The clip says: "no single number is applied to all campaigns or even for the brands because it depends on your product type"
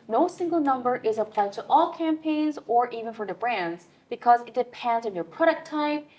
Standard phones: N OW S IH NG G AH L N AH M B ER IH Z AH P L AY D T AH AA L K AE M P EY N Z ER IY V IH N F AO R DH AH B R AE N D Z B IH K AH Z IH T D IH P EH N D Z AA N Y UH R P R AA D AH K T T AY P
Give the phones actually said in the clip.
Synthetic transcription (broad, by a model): N OW S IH NG G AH L N AH M B ER IH Z AH P L AY D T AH AA L K AE M P EY N Z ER IY V IH N F AO R DH AH B R AE N D Z B IH K AH Z IH T D IH P EH N D Z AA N Y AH R P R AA D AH K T T AY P